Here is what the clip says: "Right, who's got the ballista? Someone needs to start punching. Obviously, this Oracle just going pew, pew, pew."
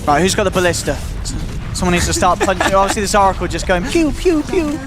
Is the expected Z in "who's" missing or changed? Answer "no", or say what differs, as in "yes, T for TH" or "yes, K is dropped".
no